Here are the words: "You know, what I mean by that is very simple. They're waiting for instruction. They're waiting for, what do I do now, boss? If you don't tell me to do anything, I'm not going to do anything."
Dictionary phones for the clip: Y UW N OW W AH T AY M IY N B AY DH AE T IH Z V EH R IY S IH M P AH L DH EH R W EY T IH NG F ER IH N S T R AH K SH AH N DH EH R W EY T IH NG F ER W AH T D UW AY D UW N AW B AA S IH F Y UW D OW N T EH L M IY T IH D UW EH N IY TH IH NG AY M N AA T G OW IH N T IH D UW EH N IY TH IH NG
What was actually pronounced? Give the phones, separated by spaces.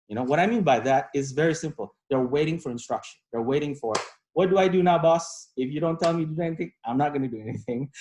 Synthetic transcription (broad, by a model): Y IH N OW W AH T AY M IY N B AY DH AE T IH Z V EH R IY S IH M P L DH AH R W EY T IH NG F ER IH N S T R AH K SH AH N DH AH R W EY T IH NG F ER W AH T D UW AY D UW N AW B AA S IH F Y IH D OW N T EH L M IY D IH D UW EH N IY TH IH NG AY M N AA T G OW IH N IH D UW EH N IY TH IH NG